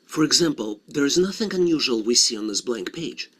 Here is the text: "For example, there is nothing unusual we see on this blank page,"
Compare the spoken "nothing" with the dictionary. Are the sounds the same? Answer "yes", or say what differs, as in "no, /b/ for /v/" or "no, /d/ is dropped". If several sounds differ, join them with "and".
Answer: yes